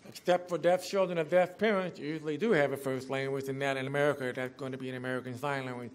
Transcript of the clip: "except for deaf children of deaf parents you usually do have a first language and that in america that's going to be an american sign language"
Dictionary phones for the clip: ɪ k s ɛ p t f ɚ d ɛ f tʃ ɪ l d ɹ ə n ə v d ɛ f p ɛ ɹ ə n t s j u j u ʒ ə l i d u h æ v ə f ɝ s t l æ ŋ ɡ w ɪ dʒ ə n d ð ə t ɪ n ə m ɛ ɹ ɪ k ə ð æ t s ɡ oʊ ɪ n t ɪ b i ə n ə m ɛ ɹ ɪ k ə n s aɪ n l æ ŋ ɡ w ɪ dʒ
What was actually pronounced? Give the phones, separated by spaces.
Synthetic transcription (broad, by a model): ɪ k s ɛ p t f ɚ d ɛ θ tʃ ɪ l d ɹ ə n ə v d ɛ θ p ɛ ɹ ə n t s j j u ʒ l i d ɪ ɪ v ə f ɝ s t l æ ŋ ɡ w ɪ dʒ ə n ð ə t ɪ n ə m ɛ ɹ ɪ k ə ð æ t s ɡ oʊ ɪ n t ɪ b i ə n ə m ɛ ɹ ɪ k ə n s aɪ n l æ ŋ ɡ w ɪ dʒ